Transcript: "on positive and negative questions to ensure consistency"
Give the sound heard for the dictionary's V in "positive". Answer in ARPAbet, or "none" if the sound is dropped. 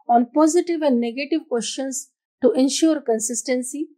V